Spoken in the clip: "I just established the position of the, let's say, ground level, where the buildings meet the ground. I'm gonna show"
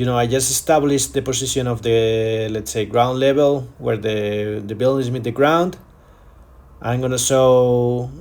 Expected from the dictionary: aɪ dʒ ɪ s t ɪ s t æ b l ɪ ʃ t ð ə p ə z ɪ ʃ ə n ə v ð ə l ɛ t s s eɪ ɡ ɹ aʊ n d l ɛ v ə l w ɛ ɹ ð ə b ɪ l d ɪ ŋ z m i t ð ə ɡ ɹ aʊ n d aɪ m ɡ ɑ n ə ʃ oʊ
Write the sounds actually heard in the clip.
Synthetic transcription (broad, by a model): aɪ dʒ ɪ s t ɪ s t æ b l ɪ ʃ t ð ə p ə s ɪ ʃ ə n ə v ð ə l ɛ t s s eɪ ɡ ɹ aʊ n d l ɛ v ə l w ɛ ɹ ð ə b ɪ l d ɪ z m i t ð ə ɡ ɹ aʊ n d aɪ m ɡ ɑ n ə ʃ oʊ